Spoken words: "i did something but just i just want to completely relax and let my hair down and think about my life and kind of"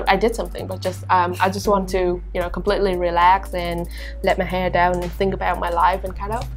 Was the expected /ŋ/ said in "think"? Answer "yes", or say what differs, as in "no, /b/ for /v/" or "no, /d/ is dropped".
yes